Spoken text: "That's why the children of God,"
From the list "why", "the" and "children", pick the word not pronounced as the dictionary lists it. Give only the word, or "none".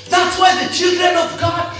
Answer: none